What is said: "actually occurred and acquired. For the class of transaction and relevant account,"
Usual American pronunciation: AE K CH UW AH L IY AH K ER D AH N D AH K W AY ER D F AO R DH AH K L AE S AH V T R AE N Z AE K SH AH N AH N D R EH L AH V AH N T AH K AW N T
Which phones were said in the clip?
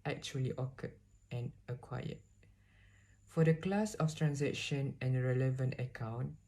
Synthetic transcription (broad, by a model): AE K CH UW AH L IY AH K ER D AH N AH K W AY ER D F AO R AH K L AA S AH F T R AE N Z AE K SH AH N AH N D R EH L AH V AH N T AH K AW N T